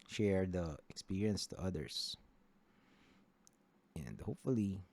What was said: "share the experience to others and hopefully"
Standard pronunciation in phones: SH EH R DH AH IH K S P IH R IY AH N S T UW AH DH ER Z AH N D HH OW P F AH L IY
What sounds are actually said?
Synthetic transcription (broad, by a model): SH EH R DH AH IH K S P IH R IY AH N S T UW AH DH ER S AH N D HH OW P F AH L IY